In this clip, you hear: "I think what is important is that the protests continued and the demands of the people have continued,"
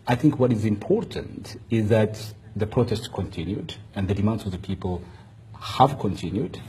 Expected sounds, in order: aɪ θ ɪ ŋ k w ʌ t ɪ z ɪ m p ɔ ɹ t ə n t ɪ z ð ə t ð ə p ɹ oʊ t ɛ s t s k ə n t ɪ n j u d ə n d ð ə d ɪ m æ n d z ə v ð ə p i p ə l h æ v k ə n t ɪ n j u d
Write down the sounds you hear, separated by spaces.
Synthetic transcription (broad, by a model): aɪ θ ɪ ŋ k w ʌ t ɪ z ɪ m p ɔ ɹ t ə n t ɪ z ð ə t ð ə p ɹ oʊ t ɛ s t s k ə n t ɪ n j u d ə n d ð ə d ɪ m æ n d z ə v ð ə p i p ə l h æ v k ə n t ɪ n j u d